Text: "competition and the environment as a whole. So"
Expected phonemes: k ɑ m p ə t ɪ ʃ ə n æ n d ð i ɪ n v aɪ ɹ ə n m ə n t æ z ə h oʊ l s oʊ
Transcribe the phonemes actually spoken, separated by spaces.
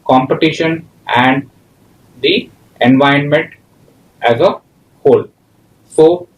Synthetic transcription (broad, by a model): k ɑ m p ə t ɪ ʃ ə n æ n d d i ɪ n v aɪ ə n m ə n t æ z ə h oʊ l s oʊ